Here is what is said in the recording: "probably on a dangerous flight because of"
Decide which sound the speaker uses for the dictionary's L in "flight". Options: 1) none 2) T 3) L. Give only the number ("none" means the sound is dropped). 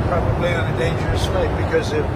1